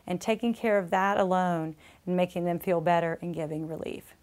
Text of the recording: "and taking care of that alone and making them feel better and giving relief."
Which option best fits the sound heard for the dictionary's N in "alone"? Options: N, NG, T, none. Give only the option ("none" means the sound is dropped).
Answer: none